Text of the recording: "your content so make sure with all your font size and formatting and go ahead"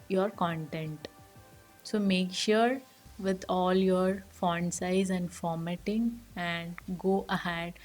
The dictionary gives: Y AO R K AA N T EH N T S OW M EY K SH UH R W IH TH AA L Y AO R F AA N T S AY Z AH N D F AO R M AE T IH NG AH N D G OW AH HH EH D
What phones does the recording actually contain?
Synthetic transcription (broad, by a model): Y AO R K AA N T EH N T S OW M EY K SH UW R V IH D AA L Y AO R F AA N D S AY Z AH N D F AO R M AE T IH NG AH N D G OW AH HH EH D